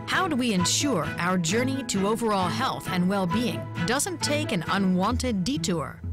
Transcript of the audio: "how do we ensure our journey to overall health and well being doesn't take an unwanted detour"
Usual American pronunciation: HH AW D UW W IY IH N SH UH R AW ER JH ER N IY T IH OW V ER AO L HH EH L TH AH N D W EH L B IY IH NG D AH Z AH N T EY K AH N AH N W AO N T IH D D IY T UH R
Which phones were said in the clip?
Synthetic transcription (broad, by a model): HH AW D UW W IY IH N SH UH R AW ER JH ER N IY T IH OW V ER AO L HH EH L TH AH N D W EH L B IY IH NG D AH Z AH N T EY K AH N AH N W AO N T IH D D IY T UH R